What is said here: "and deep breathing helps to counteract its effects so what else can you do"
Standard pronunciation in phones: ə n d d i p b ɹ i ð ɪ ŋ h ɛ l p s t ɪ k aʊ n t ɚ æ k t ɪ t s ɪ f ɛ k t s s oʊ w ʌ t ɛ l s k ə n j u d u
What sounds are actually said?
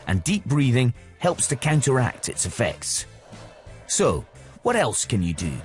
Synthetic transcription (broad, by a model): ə n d d i p b ɹ i ð ɪ ŋ h ɛ l p s t ɪ k aʊ n t ɚ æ k t ɪ t s ɪ f ɛ k t s s oʊ w ʌ t ɛ l s k ə n j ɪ d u